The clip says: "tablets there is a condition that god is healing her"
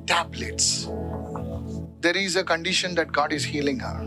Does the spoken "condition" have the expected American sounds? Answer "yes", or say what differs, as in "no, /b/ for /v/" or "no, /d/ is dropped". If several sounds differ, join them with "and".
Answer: yes